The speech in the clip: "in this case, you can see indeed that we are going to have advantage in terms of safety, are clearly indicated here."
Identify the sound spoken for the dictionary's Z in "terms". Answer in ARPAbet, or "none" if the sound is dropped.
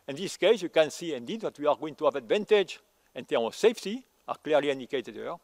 none